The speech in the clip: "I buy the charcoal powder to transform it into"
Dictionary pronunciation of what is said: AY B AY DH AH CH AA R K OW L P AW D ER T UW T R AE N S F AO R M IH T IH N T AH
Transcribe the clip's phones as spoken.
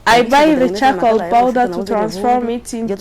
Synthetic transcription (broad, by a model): AY B AY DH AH CH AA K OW L B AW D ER T UW T R AE N S F AO R M IH T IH N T